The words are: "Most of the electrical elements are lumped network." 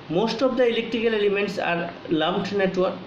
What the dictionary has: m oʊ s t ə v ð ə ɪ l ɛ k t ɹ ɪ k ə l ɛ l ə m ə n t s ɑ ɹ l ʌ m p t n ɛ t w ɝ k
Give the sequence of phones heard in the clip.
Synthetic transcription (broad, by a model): m oʊ s t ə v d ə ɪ l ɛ k t ɹ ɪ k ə l ɛ l ə m ə n t s ɑ ɹ l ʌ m t n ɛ t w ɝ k